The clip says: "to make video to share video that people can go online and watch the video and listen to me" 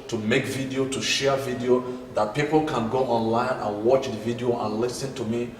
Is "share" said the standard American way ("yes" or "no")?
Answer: yes